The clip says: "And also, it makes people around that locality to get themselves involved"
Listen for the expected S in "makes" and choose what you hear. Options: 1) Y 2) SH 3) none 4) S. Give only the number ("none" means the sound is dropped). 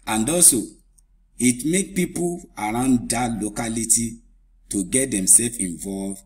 3